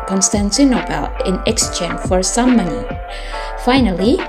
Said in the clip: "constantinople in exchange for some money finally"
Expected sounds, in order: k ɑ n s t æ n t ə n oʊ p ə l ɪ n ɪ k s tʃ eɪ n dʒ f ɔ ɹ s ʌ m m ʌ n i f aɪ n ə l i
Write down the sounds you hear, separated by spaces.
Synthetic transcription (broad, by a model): k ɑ n s t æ n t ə n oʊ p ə l ɪ n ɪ k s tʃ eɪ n f ɔ ɹ s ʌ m m ʌ n i f aɪ n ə l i